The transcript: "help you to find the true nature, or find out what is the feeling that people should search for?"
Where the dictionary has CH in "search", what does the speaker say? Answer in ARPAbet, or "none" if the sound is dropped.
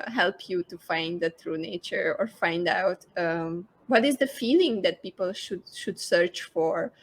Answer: CH